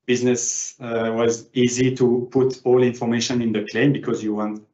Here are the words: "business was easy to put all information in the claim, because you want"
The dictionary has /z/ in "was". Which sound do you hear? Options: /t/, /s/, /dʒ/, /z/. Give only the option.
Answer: /z/